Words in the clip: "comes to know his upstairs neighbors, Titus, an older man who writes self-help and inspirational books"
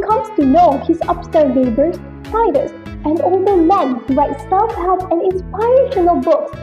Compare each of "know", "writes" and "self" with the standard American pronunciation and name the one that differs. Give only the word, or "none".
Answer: self